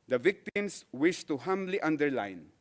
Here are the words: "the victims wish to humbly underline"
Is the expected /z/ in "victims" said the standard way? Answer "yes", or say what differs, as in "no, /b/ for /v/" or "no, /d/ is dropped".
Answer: no, /s/ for /z/